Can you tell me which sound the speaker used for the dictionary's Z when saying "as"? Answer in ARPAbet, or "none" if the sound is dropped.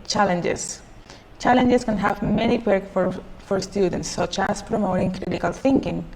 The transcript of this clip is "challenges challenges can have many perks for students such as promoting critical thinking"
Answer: S